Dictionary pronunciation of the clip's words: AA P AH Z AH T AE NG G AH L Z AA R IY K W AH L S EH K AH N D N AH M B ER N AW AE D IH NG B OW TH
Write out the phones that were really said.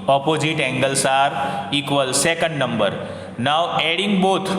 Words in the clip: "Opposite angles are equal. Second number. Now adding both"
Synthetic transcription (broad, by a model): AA P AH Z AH T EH NG G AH L S AA R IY K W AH L S EH K AH N D N AH M B ER N AW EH D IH NG B OW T